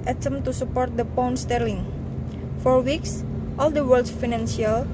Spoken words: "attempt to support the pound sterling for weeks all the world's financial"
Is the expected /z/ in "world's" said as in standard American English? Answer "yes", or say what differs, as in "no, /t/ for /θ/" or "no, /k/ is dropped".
no, /z/ is dropped